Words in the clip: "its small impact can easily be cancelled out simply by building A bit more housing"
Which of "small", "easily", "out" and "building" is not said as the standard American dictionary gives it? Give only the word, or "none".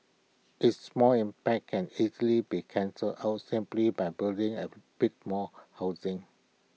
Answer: none